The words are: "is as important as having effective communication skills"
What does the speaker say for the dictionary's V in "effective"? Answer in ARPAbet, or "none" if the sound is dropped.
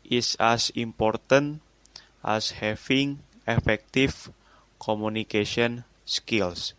F